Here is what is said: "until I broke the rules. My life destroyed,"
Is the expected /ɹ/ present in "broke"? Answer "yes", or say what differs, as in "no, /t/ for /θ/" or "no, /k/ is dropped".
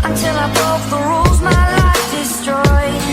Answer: no, /ɹ/ is dropped